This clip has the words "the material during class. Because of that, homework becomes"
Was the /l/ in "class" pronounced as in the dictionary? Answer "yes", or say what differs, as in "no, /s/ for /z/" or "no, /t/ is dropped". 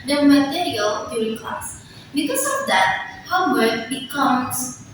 no, /l/ is dropped